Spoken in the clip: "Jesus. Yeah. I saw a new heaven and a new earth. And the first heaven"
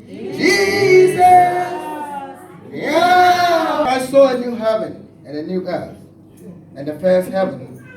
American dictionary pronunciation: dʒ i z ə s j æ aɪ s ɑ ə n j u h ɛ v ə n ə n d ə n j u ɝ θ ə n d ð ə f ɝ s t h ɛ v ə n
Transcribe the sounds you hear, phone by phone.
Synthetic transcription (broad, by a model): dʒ i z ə s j aɪ s ɑ ə n j u h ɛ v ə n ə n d ə n j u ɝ s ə n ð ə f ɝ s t h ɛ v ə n